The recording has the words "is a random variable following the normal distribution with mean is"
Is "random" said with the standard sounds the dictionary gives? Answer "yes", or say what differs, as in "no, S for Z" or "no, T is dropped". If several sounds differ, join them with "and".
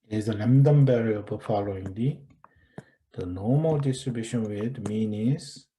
no, L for R